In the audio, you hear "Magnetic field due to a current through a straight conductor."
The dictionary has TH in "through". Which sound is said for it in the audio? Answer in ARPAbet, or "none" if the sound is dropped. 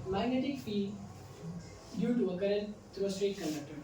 T